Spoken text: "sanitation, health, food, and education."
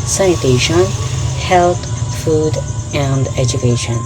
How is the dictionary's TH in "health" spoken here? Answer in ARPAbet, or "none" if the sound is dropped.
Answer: T